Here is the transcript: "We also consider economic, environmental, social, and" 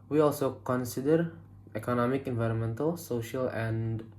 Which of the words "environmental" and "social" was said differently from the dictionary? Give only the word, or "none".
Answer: none